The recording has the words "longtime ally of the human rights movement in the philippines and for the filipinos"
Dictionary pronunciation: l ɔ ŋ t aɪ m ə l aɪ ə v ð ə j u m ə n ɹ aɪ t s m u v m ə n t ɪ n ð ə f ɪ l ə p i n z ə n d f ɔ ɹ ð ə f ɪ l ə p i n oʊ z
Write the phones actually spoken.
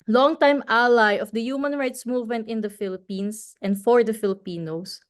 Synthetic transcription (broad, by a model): l ɔ ŋ t aɪ m ə l aɪ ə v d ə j u m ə n ɹ aɪ t s m u v m ə n t ɪ n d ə f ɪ l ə p i n s ə n d f ɔ ɹ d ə f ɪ l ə p i n oʊ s